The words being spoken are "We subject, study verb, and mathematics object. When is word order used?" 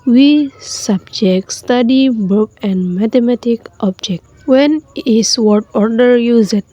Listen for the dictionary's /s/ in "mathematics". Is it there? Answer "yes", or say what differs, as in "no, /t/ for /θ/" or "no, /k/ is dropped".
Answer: no, /s/ is dropped